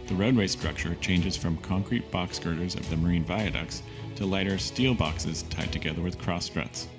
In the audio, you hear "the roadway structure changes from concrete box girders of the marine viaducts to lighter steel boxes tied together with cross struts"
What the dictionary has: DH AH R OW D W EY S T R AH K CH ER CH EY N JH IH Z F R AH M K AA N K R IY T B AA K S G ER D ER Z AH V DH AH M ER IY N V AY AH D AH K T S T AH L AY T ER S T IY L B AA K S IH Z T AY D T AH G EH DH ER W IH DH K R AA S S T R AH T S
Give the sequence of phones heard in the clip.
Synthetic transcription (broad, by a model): DH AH R OW D W EY S T R AH K CH ER CH EY N JH IH Z F R AH M K AA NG K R IY T B AA K S G ER D ER Z AH V DH AH M ER IY N V AY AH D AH K S T AH L AY T ER S T IY L B AA K S IH Z T AY D T AH G EH DH ER W IH DH K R AA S S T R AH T S